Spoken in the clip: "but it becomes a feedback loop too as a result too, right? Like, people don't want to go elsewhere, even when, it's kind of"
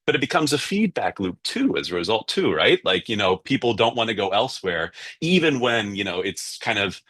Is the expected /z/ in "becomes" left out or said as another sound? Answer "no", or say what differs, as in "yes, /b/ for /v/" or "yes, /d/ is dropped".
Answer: no